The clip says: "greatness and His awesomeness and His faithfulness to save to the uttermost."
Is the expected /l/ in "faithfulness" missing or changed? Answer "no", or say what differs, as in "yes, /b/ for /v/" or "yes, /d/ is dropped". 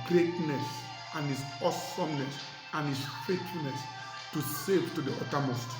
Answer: yes, /l/ is dropped